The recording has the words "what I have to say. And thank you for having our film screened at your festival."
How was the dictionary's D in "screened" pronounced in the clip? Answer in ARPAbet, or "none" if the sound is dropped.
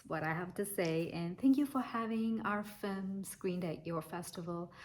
D